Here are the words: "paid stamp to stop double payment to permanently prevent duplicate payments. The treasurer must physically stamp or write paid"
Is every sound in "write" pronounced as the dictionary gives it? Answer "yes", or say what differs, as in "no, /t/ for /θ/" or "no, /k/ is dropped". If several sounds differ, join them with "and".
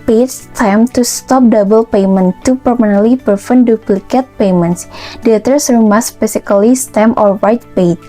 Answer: no, /w/ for /ɹ/